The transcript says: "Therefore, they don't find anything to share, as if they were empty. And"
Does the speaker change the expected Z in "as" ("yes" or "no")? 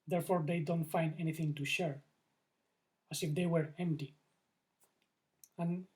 yes